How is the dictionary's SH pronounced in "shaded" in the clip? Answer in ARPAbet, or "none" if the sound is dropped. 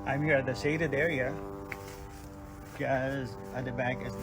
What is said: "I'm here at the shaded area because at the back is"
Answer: S